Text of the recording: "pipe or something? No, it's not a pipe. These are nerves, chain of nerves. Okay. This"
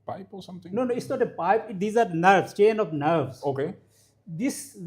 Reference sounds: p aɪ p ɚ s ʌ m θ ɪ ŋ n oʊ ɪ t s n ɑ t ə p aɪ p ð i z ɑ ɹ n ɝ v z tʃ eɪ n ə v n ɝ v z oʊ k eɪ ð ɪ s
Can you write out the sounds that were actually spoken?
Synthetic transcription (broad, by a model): p aɪ p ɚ s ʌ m t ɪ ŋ n oʊ ɪ t s n ɑ t ə p aɪ p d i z ɑ ɹ n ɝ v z tʃ eɪ n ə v n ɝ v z oʊ k eɪ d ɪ s